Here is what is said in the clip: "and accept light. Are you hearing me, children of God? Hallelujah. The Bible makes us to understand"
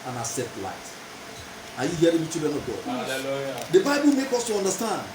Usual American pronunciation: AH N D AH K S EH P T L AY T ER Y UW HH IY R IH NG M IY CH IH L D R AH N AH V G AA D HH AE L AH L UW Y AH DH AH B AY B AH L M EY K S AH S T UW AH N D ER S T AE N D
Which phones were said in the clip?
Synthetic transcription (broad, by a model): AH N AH S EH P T L AY T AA Y UW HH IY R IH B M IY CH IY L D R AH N AH V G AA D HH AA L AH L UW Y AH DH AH B AY B AH L M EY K AO S T UW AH N D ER S T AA N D